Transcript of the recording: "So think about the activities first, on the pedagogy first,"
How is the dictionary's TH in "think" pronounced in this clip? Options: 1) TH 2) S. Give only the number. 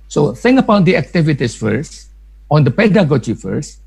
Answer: 2